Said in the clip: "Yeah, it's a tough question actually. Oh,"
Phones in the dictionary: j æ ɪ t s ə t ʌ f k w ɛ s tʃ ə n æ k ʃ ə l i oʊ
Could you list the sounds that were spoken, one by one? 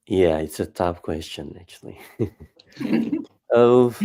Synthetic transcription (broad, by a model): j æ ɪ t s ə t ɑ p k w ɛ s tʃ ə n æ k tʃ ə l i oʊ